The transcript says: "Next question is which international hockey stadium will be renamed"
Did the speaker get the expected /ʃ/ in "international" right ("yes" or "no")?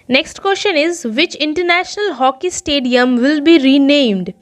yes